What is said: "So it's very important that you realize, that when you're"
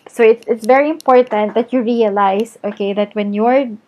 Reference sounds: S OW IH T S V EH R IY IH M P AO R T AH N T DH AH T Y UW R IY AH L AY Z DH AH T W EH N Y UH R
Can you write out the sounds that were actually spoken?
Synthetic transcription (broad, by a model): S OW IH T S V EH R IY IH M P AO R T AH N T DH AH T Y UW R IY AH L AY S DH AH T W EH N Y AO R